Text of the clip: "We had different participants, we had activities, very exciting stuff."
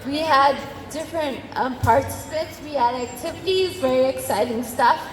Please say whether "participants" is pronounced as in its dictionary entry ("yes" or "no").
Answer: no